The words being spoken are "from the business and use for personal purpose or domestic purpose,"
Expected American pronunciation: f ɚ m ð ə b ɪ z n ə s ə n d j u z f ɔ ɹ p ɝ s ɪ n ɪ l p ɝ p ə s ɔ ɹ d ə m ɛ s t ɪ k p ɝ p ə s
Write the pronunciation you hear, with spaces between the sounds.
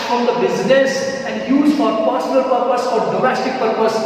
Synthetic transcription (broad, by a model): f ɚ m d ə b ɪ z n ə s ə n d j u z f ɔ ɹ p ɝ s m l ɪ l p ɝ p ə s ɔ ɹ d ə m ɛ s t ɪ k p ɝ p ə s